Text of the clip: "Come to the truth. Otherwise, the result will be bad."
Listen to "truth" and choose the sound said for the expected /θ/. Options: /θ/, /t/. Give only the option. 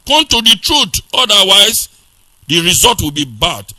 /t/